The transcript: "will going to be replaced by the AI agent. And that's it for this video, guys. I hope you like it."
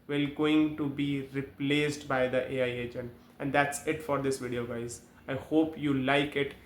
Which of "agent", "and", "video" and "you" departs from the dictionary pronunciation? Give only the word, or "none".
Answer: agent